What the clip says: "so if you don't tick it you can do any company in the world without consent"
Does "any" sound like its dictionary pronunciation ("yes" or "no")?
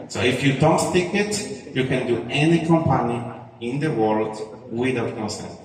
yes